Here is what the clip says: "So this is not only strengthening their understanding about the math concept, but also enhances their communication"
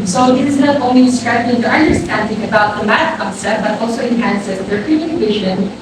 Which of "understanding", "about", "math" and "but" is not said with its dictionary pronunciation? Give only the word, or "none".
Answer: math